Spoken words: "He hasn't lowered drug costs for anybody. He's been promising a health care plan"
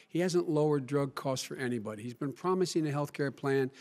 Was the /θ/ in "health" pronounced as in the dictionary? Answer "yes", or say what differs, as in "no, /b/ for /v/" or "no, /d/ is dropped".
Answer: yes